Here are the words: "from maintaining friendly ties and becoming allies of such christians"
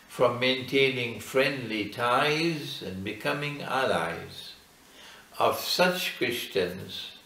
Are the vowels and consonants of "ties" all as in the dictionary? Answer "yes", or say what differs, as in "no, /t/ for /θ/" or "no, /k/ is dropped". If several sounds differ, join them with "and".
yes